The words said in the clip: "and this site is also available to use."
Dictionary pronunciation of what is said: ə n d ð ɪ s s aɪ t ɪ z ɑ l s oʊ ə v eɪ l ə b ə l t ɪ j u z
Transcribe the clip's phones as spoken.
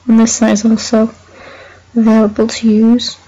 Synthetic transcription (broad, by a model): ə n ð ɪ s s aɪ ɪ z ɑ l s oʊ ə v eɪ l ə b ə l t ɪ j u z